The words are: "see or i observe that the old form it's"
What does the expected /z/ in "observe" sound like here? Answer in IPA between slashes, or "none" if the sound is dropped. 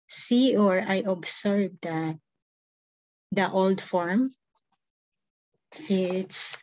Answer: /s/